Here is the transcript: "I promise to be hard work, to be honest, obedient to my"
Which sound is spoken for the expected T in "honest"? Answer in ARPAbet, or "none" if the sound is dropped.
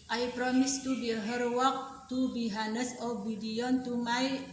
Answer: none